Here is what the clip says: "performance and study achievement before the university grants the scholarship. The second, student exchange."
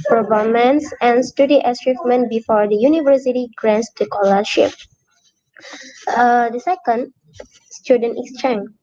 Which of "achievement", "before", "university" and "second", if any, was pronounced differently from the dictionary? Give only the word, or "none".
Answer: achievement